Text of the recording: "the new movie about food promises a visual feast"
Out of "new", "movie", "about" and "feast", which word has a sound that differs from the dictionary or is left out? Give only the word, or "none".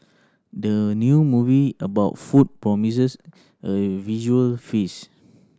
feast